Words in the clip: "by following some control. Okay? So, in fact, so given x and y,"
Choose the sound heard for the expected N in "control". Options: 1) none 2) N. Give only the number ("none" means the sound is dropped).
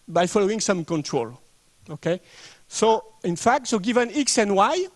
2